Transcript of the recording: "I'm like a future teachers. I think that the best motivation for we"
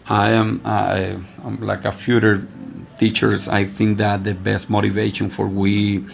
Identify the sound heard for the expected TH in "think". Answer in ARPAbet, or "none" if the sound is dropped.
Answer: TH